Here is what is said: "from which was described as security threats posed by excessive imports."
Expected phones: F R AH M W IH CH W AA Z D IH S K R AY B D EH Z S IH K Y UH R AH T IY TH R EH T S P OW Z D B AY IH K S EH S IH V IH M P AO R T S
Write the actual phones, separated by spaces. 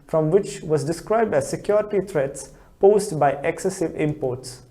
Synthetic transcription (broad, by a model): F R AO M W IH CH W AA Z D IH S K R AY B D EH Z S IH K Y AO R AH T IY T R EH T S P OW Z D B AY IH K S EH S IH V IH M P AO T S